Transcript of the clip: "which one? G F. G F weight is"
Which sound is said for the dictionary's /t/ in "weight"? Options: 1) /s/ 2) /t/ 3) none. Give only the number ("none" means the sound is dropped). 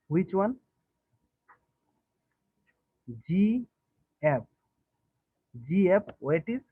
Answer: 2